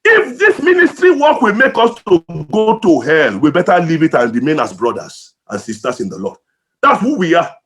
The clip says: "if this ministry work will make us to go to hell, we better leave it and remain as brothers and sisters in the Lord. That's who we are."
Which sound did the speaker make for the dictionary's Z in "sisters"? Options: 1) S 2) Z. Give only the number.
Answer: 1